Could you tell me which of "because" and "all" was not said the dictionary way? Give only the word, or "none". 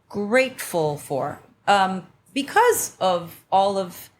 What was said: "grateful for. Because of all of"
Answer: none